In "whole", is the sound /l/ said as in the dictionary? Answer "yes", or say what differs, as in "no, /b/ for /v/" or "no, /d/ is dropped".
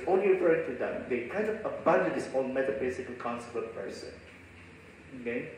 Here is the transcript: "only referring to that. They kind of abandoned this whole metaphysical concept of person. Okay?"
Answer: no, /n/ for /l/